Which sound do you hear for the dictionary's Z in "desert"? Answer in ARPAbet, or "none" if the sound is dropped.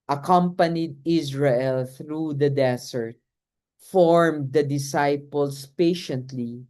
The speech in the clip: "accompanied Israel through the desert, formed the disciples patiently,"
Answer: S